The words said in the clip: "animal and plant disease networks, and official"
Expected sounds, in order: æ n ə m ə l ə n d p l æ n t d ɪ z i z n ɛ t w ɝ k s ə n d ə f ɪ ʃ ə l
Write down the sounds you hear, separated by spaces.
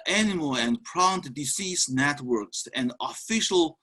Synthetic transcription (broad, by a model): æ n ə m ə l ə n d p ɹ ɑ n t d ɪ s i s n ɛ t w ɝ k s ə n d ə f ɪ ʃ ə l